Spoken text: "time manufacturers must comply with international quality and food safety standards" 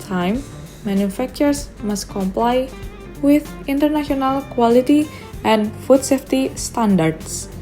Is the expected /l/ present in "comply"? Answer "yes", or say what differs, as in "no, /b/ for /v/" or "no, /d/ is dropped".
yes